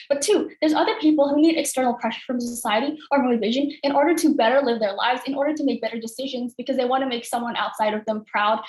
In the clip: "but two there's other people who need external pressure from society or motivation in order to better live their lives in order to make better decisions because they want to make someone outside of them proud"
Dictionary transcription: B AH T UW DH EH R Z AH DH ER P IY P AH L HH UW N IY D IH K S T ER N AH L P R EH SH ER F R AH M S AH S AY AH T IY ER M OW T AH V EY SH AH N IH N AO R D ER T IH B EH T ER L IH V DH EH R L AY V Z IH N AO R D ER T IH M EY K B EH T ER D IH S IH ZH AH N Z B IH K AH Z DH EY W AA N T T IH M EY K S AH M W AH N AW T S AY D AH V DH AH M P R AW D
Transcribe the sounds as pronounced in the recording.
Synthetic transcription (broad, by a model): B AH T UW DH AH R Z AH DH ER P IY P L HH UW N IY D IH K S T ER N L P R EH SH ER F R AH M S AH S AY AH T IY ER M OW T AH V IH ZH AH N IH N AO R D ER T IH B EH T ER L IH V DH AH R L AY V Z IH N AO R D ER T IH M EY K B EH T ER D IH S IH ZH AH N Z B IH K AH Z DH EY W AA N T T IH M EY K S AH M W AH N AW T S AY D AH V DH AH M P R AW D